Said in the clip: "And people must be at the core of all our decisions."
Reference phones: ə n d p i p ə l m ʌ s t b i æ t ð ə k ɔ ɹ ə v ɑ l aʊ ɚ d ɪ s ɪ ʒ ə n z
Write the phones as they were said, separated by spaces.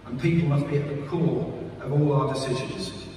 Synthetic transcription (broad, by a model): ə n p i p l m ʌ s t b i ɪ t ð ə k ɔ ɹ ə v ɑ l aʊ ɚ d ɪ s ɪ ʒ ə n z